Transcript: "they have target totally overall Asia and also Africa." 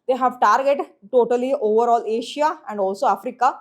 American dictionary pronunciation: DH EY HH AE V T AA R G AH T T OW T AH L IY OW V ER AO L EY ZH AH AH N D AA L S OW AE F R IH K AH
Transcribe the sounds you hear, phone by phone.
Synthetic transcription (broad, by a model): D EY HH AE V T AA R G AH T T OW T AH L IY OW V ER AO L EY SH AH AH N D AA L S OW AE F R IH K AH